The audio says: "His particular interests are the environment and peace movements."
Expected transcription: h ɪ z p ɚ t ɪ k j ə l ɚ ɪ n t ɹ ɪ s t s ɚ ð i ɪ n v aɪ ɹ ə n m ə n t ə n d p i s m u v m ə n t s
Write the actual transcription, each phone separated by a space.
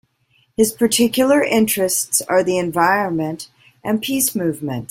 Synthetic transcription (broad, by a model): h ɪ z p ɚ t ɪ k j l ɚ ɪ n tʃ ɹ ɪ s t s ɚ ð i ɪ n v aɪ ɹ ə n m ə n t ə n p i s m u v m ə n t